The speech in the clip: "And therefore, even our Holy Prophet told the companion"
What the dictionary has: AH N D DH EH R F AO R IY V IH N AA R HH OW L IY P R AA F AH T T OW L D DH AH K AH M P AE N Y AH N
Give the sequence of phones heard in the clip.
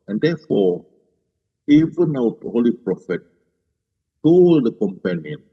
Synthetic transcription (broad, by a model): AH N D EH F AO IY V IH N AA W HH OW L IY P R AA F AH T T OW L D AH K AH M P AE N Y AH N